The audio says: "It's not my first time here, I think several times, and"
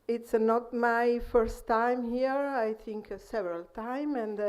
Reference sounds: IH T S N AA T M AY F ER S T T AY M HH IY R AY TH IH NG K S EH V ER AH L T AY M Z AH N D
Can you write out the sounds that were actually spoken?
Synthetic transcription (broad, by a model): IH T S N AA T M AY F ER S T T AY M HH IY R AY TH IH NG K S EH V ER AH L T AY M AH N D